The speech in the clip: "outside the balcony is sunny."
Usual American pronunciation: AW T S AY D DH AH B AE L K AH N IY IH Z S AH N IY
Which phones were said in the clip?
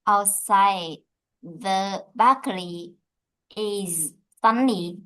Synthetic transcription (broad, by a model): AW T S AY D DH AH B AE K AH L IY IH Z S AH N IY